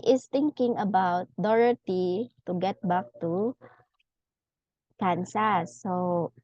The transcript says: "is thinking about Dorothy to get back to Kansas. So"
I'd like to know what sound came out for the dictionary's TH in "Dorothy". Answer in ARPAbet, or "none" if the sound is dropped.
T